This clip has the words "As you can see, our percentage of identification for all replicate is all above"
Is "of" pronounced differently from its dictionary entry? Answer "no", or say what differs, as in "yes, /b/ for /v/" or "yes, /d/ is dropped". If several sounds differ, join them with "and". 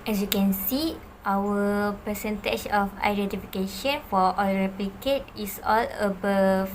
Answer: yes, /f/ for /v/